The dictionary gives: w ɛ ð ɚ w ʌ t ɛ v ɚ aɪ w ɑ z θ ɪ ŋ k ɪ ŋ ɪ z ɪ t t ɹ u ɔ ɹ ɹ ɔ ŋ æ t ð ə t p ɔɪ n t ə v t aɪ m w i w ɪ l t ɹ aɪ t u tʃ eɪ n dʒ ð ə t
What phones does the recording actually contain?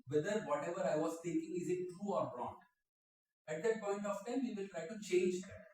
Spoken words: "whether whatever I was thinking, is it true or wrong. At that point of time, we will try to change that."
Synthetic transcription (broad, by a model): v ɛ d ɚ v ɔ t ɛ v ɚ aɪ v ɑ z t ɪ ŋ k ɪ ŋ ɪ z ɪ t t ɹ u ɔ ɹ ɹ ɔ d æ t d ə t p ɔɪ n t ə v t aɪ m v i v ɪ l t ɹ aɪ t u tʃ eɪ n dʒ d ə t